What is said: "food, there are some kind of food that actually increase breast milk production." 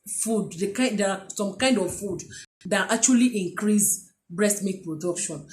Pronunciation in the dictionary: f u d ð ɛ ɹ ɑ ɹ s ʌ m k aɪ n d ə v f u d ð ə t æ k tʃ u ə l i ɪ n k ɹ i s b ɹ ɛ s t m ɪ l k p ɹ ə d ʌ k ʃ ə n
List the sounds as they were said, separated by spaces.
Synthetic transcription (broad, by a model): f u d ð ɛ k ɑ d s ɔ m k aɪ n d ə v f u d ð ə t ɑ k tʃ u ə l i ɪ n k ɹ i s b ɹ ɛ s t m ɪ k p ɹ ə d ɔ k ʃ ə n